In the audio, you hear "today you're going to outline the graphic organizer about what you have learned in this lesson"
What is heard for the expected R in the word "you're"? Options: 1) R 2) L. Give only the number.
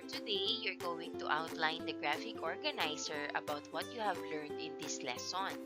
1